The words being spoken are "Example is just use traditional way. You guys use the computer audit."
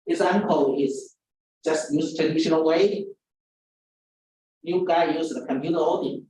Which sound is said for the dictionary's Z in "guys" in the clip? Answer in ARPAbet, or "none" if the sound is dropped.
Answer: none